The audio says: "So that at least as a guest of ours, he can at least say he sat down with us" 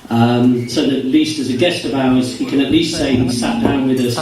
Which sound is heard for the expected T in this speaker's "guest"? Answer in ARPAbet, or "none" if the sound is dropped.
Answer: T